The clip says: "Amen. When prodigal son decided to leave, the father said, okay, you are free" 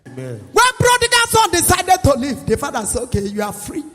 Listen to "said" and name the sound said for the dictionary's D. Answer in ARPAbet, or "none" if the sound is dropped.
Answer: none